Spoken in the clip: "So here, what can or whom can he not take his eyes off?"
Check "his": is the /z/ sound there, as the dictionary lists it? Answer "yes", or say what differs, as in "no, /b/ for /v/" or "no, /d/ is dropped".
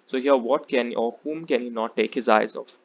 yes